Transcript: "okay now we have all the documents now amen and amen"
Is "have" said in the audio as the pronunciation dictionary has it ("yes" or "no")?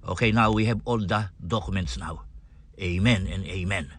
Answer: no